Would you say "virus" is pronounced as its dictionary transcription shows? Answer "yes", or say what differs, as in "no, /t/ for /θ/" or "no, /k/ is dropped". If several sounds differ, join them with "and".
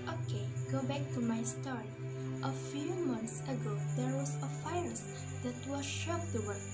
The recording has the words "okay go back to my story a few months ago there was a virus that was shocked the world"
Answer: no, /f/ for /v/